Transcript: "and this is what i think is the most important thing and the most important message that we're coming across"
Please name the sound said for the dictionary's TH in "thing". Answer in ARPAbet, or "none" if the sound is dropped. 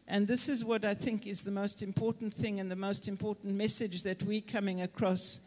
TH